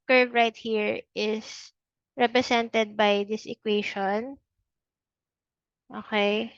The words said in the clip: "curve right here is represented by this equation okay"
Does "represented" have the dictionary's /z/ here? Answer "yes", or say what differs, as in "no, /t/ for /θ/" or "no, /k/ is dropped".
no, /s/ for /z/